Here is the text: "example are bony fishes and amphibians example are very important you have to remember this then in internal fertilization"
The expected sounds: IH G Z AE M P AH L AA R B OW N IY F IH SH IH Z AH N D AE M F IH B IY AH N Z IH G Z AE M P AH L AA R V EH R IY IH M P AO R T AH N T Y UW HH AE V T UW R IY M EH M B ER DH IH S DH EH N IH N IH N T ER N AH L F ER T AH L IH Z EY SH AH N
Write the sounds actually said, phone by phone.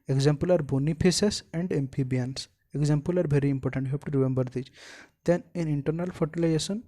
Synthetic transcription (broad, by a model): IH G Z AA M P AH L AA R B OW N IY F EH S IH S AH N D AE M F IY B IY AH N S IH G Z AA M P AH L AA R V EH R IY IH M P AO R T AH N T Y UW HH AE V T UW R IY M EH M B ER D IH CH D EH N IH N IH N T ER N AH L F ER T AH L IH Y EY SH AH N